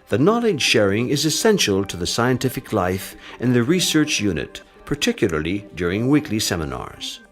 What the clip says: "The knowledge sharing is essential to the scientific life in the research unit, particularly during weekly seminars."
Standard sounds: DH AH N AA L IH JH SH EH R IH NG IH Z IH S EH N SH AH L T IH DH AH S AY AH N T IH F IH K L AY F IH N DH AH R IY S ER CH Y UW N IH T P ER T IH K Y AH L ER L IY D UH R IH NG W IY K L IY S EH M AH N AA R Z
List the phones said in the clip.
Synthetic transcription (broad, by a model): DH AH N AA L IH JH SH EH R IH NG IH Z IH S EH N SH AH L T IH DH AH S AY AH N T IH F IH K L AY F IH N DH AH R IY S ER CH Y UW N IH T P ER T IH K Y L ER L IY D UH R IH NG W IY K L IY S EH M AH N AA R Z